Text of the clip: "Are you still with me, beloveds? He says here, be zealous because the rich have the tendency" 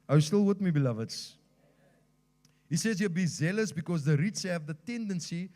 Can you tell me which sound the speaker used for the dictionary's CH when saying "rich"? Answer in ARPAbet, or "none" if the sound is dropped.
S